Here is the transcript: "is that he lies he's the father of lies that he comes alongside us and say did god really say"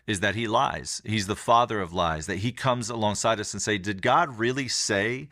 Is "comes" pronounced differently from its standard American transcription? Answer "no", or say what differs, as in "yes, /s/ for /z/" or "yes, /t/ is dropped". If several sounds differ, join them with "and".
no